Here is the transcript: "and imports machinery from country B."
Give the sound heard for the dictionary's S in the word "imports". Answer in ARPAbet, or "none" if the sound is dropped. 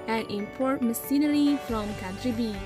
none